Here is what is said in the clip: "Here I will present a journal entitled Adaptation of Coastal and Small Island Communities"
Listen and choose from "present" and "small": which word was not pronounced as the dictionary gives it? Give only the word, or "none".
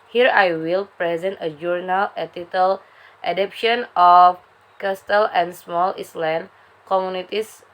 none